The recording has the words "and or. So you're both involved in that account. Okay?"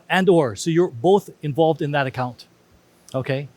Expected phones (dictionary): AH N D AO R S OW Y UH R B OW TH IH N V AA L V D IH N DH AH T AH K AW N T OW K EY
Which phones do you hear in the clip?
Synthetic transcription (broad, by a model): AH N D AO R S OW Y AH R B OW TH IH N V AA L V D IH N DH AH T AH K AW N T OW K EY